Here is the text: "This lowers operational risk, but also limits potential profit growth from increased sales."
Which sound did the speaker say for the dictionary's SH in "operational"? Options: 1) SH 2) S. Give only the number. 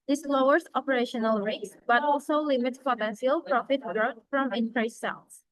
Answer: 1